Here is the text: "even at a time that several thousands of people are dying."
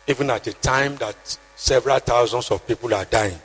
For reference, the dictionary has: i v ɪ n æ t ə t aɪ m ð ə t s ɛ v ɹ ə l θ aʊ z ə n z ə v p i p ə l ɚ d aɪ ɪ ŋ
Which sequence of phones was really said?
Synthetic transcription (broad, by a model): i v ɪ n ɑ t ə t aɪ m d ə t s ɛ v ɹ ə l t aʊ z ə n s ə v p i p ə l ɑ d aɪ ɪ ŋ